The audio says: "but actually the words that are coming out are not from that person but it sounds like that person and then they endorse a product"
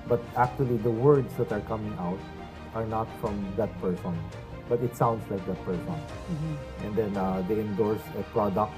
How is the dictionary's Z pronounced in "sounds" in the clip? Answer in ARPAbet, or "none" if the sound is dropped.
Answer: S